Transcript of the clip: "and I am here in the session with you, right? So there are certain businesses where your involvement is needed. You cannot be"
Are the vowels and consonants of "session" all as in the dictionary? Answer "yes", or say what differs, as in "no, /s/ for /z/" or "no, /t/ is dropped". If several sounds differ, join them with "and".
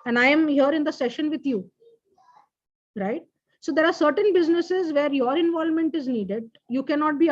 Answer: yes